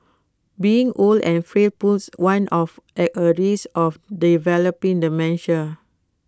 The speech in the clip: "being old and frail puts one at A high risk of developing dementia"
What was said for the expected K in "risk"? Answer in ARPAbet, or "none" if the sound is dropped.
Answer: none